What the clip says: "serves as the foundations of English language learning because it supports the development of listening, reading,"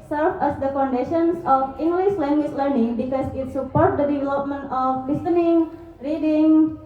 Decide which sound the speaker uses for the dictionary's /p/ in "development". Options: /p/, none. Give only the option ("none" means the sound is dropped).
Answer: /p/